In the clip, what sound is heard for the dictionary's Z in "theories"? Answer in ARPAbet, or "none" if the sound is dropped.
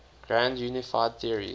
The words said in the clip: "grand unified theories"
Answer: none